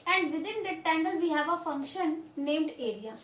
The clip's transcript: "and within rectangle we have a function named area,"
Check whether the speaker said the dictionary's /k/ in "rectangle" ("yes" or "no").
no